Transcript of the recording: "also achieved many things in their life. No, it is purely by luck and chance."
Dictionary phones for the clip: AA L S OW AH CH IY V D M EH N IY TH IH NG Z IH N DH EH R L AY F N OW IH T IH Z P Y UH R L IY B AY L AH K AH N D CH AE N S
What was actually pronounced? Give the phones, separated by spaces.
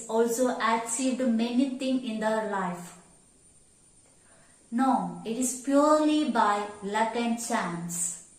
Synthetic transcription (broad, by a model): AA L S OW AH S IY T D M EH N IY T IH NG IH N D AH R L AY F N OW IH T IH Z P Y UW R L IY B AY L AH K AH N D CH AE N S